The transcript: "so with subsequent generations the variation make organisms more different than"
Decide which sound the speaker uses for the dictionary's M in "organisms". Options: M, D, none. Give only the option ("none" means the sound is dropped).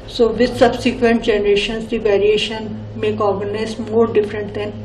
none